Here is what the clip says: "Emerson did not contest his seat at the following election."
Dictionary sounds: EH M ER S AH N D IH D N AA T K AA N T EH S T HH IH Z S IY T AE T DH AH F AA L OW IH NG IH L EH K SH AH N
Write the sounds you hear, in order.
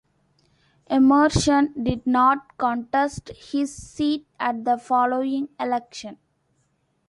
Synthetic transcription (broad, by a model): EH M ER SH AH N D IH D N AA T K AA N T EH S T HH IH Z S IY T AE T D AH F AA L OW IH NG IH L EH K SH AH N